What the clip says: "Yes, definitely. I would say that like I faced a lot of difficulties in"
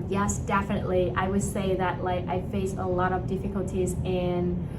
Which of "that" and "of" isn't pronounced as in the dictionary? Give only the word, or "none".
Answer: none